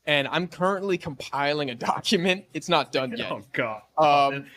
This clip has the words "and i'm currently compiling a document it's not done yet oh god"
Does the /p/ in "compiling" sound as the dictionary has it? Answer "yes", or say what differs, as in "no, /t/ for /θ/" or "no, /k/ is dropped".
yes